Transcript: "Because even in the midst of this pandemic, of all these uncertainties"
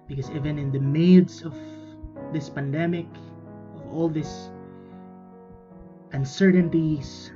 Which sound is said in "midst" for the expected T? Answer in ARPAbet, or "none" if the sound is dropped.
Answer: none